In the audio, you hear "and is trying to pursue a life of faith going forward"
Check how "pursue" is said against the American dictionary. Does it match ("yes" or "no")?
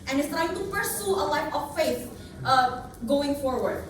no